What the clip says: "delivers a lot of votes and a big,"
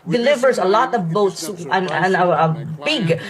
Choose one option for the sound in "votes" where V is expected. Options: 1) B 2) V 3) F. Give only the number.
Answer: 1